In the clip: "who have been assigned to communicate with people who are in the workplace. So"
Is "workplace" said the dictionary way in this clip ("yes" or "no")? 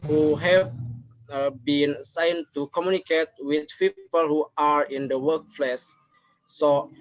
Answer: no